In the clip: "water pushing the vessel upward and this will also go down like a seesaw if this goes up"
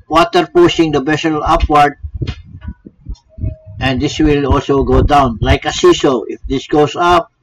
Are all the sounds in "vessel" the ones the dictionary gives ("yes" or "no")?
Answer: no